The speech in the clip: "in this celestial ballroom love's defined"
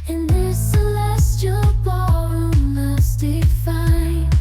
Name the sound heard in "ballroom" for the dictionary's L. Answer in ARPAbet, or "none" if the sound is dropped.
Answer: none